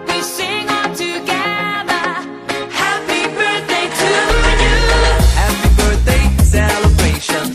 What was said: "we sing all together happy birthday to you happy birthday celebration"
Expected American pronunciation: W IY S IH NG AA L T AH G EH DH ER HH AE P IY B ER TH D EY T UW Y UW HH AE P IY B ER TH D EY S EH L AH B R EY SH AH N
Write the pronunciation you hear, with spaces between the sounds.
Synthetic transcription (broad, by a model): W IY S IH NG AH N T AH G EH DH ER HH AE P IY B ER TH D EY T UW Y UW HH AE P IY B ER TH D EY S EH L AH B R EY SH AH N